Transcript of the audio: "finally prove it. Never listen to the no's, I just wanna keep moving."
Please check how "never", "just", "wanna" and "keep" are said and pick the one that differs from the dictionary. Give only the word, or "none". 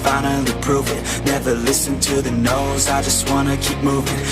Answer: none